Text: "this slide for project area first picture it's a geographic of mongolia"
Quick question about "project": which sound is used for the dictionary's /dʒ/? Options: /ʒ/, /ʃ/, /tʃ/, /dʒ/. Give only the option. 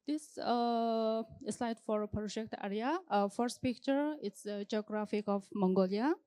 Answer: /ʃ/